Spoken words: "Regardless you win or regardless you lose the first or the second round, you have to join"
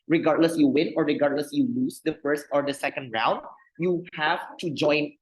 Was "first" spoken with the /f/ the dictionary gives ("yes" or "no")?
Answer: yes